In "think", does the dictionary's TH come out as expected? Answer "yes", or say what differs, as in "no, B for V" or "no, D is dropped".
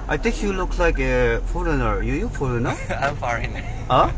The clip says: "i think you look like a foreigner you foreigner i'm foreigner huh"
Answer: no, T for TH